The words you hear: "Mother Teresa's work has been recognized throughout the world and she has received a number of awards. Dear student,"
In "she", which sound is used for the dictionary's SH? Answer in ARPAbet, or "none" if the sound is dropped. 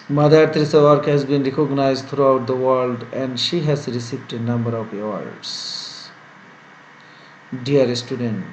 SH